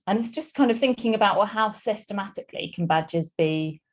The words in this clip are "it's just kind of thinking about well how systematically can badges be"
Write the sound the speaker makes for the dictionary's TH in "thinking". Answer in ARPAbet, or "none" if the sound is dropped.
TH